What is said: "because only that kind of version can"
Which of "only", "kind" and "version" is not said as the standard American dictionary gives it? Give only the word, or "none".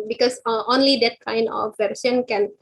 version